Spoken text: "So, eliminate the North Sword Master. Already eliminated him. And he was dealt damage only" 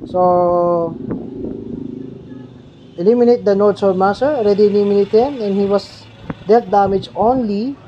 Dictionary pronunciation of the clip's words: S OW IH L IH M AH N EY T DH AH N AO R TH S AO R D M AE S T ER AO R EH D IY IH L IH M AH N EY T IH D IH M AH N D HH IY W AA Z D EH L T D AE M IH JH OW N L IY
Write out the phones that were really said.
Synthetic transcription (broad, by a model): S OW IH L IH M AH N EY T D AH N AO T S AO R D M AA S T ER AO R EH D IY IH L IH M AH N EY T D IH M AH N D HH IY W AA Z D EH T D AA M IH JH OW N L IY